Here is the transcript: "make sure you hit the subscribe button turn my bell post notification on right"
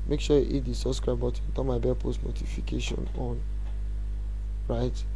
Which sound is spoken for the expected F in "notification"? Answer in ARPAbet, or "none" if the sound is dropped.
F